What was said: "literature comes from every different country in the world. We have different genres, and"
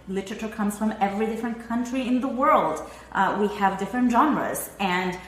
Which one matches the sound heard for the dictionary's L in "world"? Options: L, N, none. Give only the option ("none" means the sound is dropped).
L